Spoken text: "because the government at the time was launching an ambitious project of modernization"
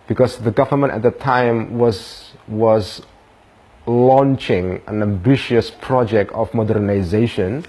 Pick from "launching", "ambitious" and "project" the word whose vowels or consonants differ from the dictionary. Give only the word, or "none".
none